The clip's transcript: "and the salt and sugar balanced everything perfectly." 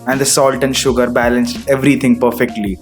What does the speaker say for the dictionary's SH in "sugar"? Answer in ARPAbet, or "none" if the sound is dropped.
SH